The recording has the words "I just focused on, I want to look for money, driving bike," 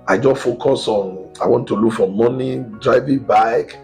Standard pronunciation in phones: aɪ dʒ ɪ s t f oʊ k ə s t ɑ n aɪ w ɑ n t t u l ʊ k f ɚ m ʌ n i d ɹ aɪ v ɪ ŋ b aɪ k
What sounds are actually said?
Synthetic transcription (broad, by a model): aɪ dʒ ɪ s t f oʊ k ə s ɑ n aɪ w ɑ n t t u l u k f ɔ m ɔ n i d ɹ aɪ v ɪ b aɪ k